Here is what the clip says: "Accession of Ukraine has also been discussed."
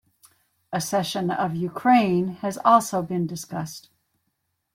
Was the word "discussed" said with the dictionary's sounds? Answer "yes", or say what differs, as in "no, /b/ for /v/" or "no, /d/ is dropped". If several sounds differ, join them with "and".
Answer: yes